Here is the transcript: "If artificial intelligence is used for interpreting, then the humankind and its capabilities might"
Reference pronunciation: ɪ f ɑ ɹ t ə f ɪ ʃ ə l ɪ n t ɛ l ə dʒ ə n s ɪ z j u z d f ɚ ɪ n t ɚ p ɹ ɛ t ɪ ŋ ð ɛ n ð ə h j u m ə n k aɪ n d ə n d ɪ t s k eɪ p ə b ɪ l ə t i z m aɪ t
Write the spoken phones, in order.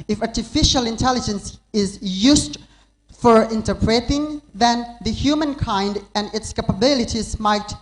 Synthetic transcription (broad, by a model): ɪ f ɑ ɹ t ə f ɪ ʃ ə l ɪ n t ɛ l ə dʒ ə n s ɪ z j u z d f ɚ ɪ n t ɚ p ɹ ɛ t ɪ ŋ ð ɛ n ð ə h j u m ə n k aɪ n d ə n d ɪ t s k eɪ p ə b ɪ l ə t i z m aɪ t